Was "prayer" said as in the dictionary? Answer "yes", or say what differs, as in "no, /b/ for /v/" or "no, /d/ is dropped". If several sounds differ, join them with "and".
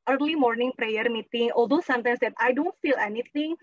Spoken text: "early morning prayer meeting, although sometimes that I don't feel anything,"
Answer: yes